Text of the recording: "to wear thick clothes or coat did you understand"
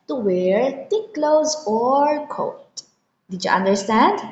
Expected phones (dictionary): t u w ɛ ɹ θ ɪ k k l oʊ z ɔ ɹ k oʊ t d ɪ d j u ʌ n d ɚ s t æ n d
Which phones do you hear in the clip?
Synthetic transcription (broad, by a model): t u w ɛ ɹ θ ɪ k k l oʊ z ɔ ɹ k oʊ t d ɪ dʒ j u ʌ n d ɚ s t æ n d